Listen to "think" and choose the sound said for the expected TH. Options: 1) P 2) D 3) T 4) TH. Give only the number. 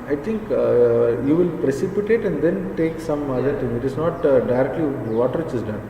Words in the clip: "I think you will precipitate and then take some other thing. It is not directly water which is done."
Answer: 3